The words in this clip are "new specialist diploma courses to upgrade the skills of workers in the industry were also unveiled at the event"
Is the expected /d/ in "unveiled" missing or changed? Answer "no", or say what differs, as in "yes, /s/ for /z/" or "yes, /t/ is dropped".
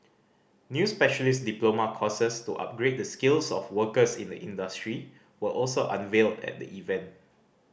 no